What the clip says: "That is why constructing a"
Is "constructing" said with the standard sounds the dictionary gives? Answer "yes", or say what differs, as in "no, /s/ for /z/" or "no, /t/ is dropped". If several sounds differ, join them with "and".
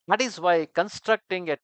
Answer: yes